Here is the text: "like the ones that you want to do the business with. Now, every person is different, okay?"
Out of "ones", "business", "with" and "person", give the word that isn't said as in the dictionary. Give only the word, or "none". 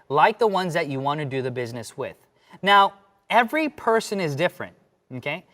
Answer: none